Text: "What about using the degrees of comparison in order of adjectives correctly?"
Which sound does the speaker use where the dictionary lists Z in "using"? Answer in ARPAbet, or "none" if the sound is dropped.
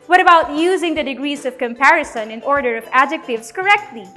Z